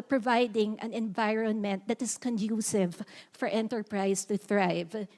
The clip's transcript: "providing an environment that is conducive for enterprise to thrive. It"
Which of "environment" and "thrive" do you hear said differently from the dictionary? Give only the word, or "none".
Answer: none